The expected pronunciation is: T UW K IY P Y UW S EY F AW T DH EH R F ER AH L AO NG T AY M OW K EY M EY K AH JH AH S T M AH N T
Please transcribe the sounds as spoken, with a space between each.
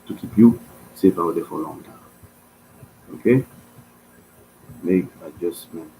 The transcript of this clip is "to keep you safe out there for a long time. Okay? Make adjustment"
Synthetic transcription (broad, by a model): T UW K IY P Y UW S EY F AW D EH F AH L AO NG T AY OW K EY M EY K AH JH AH S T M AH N